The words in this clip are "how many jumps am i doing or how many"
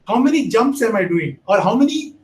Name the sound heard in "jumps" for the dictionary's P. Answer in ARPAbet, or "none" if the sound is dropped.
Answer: P